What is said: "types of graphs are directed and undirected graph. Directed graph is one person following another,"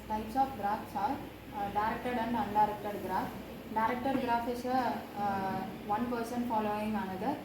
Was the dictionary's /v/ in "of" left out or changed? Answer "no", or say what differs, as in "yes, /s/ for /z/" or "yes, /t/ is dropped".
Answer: yes, /p/ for /v/